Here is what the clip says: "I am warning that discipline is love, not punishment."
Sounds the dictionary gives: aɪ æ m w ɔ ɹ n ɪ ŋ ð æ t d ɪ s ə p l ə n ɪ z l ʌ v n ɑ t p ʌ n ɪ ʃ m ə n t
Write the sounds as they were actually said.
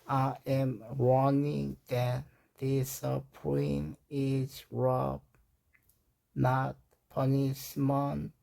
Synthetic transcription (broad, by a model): aɪ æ m w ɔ n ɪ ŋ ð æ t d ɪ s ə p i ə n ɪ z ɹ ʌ b n ɑ t p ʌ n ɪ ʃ m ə n